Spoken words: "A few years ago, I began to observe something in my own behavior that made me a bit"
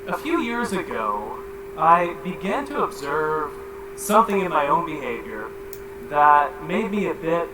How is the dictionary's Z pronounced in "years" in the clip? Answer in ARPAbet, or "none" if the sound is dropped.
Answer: Z